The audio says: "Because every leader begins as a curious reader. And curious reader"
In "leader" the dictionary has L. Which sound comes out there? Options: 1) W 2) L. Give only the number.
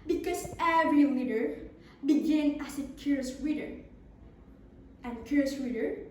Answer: 1